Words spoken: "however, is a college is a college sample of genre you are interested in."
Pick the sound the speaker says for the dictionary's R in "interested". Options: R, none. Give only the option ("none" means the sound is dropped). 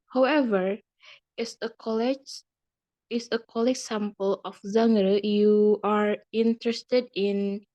R